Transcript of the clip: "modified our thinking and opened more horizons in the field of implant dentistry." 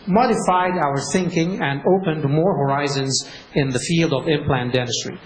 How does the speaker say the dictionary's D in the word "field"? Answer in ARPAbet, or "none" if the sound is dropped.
D